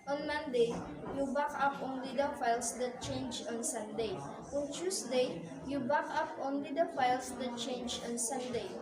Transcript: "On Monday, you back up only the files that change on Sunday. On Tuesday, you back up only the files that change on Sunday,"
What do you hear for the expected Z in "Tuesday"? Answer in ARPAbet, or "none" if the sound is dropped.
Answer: S